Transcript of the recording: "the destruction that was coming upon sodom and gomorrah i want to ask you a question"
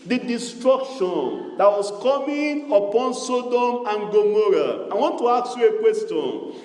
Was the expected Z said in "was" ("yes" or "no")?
no